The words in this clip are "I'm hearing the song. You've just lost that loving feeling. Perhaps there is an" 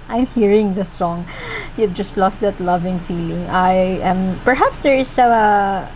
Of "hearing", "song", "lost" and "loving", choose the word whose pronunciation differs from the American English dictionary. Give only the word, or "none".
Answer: none